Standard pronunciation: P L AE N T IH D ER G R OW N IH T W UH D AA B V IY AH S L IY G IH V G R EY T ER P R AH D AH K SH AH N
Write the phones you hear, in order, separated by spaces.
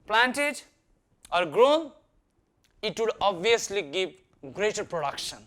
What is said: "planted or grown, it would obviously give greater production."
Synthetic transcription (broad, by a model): P L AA N T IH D ER G R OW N IH T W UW D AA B IY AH S L IY G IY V G R EY T ER P R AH D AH K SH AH N